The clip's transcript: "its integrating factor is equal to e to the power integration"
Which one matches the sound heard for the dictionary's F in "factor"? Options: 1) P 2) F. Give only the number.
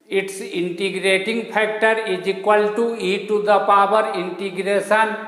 1